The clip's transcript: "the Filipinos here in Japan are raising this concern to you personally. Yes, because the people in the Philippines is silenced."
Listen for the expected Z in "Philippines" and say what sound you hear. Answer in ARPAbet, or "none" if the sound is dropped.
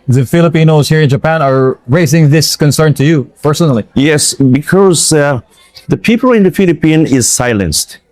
none